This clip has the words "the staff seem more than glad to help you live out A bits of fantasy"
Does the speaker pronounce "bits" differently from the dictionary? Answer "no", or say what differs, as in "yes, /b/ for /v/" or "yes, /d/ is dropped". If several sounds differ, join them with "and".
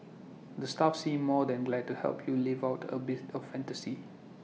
yes, /s/ is dropped